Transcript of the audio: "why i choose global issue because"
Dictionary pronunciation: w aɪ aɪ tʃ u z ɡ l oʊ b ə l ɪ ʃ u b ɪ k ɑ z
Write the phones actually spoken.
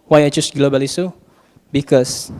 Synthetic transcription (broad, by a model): w aɪ aɪ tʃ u s ɡ l oʊ b ə l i s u b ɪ k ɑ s